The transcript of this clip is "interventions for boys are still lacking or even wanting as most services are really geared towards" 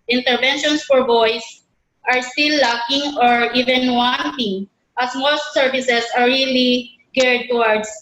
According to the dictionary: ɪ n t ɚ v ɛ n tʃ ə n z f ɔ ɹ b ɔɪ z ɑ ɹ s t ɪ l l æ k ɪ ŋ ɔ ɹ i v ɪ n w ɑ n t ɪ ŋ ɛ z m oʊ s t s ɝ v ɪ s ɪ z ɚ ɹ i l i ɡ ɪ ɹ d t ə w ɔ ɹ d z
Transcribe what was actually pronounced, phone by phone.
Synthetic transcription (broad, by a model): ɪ n t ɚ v ɛ n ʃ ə n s f ɔ ɹ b ɔɪ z ɑ ɹ s t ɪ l l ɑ k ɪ ŋ ɔ ɹ i v ɪ n w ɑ n t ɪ ŋ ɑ s m oʊ s t s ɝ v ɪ s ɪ s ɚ ɹ i l i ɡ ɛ ɹ d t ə w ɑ ɹ d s